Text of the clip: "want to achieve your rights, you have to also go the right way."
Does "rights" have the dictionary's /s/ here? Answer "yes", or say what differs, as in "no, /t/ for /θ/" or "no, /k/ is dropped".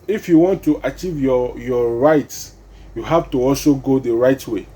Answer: yes